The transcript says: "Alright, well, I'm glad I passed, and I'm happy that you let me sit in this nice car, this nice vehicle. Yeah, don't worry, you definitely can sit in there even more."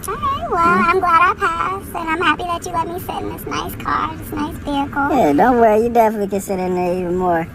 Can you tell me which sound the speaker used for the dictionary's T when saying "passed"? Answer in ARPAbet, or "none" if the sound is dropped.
none